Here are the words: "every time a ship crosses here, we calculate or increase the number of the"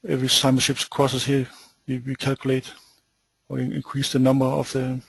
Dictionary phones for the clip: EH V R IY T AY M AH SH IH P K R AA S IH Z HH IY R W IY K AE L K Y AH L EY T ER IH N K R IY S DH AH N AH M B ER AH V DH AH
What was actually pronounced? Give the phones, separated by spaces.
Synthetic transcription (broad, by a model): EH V R IY S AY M AH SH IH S K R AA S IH S HH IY W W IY K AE L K Y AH L EY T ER IH N K R IY S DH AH N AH M B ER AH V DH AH